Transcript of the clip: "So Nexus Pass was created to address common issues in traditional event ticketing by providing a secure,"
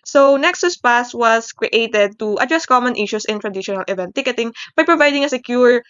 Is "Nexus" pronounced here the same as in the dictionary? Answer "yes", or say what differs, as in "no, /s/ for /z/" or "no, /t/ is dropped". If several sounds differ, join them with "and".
yes